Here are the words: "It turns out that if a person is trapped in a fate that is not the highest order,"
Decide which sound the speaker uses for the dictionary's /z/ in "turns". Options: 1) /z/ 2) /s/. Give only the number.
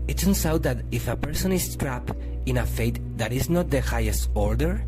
2